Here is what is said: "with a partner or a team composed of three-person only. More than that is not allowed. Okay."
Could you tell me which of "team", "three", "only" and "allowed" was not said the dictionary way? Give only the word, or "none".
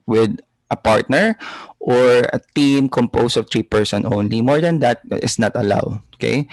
three